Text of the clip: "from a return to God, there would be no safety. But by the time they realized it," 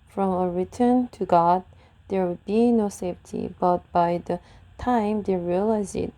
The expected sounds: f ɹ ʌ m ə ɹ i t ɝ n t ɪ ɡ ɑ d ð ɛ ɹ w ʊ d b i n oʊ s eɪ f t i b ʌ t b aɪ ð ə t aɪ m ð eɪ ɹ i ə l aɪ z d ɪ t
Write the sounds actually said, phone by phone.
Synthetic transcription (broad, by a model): f ɹ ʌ m ə ɹ i t ɝ n t ɪ ɡ ɑ d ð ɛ ɹ w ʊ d b i n oʊ s eɪ f t i b ʌ t b aɪ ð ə t aɪ m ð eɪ ɹ i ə l aɪ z ɪ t